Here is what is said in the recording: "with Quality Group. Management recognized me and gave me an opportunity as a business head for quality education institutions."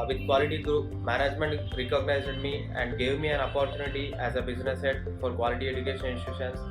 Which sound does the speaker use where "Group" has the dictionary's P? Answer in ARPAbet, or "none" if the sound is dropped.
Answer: P